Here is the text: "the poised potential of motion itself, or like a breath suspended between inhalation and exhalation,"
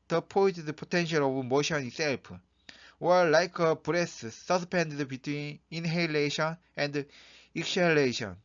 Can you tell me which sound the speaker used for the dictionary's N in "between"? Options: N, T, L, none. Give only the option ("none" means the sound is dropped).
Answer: N